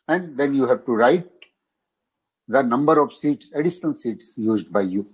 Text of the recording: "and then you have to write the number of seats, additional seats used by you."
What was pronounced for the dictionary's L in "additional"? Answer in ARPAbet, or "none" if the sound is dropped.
N